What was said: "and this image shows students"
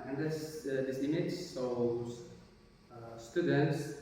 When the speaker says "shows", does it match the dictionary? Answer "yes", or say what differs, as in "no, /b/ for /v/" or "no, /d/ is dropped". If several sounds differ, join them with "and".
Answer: no, /s/ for /ʃ/